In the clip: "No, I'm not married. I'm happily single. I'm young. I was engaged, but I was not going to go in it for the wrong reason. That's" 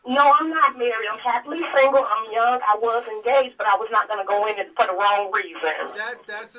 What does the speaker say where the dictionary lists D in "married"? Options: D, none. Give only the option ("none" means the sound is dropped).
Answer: none